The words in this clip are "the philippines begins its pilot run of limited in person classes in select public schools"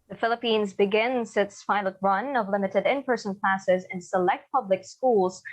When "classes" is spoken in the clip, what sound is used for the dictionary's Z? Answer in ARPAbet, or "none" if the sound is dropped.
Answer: Z